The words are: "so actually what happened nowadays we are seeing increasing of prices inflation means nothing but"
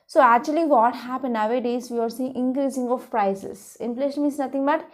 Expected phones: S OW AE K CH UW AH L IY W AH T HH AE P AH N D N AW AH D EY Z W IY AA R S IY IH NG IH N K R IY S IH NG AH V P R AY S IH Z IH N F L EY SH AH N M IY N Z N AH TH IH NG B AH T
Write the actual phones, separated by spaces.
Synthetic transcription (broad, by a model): S OW AE K CH UW AH L IY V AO T HH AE P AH N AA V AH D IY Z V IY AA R S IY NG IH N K R IY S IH NG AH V P R AY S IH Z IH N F L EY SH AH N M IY Z N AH T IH NG B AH T